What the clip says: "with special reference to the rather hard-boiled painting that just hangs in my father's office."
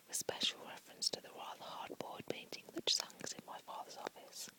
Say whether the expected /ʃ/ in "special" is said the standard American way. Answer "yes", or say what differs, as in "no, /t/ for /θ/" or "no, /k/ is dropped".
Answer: yes